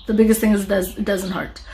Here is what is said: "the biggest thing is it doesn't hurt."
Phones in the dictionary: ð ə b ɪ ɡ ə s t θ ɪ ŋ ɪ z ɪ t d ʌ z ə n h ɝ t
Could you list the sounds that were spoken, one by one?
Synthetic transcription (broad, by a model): ð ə b ɪ ɡ ə s t θ ɪ ŋ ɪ z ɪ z d ʌ z ə n h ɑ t